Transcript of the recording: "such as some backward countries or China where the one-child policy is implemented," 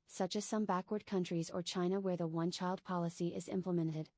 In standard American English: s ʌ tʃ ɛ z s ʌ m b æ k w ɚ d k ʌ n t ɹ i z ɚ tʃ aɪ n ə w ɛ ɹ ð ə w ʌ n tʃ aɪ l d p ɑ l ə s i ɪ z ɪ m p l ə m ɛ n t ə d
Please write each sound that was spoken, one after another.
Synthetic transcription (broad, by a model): s ʌ tʃ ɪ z s ʌ m b æ k w ɚ d k ʌ n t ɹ i z ɚ tʃ aɪ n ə w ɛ ɹ ð ə w ʌ n tʃ aɪ l d p ɑ l ə s i ɪ z ɪ m p l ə m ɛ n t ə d